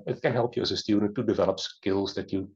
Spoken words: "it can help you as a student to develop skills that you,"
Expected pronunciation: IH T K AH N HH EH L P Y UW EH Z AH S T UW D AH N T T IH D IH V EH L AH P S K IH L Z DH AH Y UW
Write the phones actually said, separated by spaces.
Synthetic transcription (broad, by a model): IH T K AH N HH EH L P Y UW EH Z AH S T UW D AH N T T IH D IH V EH L AH P S K IH L Z DH AH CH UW